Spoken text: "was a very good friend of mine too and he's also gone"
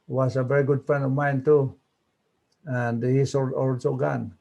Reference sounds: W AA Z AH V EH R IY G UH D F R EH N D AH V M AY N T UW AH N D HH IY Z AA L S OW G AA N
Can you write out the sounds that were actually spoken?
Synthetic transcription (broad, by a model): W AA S AH V EH R IY G UH D F R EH N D AH V M AY N T UW AH N D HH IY S AA L S OW G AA N